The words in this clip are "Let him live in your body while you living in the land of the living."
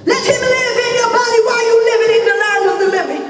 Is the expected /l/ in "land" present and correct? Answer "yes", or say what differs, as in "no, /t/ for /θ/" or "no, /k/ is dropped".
no, /n/ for /l/